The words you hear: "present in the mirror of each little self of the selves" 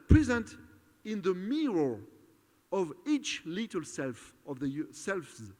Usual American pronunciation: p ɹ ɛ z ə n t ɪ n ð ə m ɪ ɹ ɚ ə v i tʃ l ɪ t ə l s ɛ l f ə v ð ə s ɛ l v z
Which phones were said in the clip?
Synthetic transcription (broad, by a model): p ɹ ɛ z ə n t ɪ n ð ə m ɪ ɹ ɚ ə v i tʃ l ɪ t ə l s ɛ l f ə v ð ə s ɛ l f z